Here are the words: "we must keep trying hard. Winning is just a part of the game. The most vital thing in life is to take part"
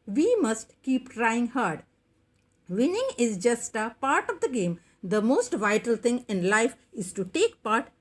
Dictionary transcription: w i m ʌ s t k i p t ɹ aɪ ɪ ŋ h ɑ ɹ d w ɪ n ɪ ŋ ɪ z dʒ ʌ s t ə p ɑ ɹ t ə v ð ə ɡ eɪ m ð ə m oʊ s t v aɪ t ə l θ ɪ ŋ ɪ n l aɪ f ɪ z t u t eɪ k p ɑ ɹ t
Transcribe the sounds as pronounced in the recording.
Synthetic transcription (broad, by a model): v i m ʌ s t k i p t ɹ aɪ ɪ ŋ h ɑ ɹ d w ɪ n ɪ ŋ ɪ z dʒ ʌ s t ə p ɑ ɹ t ə v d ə ɡ eɪ m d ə m oʊ s t v aɪ t ə l t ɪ ŋ ɪ n l aɪ f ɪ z t u t eɪ k p ɑ ɹ t